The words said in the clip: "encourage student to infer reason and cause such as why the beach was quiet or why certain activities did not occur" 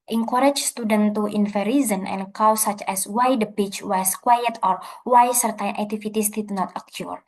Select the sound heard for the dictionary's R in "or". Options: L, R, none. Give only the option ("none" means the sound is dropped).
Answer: R